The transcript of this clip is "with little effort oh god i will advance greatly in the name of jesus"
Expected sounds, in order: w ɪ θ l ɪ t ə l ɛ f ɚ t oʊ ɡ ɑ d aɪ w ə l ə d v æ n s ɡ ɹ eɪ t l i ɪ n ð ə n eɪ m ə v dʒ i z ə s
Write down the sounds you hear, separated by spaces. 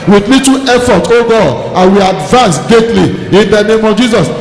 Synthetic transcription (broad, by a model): w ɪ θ l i t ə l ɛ f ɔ t oʊ ɡ ɑ d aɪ w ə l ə d v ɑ n s ɡ eɪ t l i ɪ n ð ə n eɪ m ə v dʒ i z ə s